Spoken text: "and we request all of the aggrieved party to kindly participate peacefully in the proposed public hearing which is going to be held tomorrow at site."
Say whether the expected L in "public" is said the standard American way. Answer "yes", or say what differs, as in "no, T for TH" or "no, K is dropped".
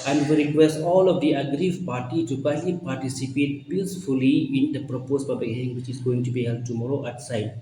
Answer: no, L is dropped